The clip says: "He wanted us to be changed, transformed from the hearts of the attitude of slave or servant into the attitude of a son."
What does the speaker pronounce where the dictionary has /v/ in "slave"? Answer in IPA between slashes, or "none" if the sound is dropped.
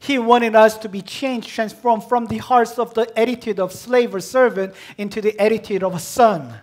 /v/